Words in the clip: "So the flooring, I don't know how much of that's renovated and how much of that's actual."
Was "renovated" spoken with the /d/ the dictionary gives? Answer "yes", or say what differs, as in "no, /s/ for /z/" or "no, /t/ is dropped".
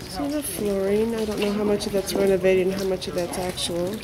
no, /d/ is dropped